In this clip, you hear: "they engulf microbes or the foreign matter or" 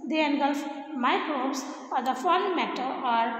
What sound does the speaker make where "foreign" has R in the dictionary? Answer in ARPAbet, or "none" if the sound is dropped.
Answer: L